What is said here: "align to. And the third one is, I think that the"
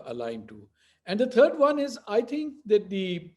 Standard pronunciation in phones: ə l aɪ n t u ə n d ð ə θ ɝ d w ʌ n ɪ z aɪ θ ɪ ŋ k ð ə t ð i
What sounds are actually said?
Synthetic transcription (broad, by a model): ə l aɪ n t u ə n d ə t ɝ d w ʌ n ɪ z aɪ t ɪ ŋ k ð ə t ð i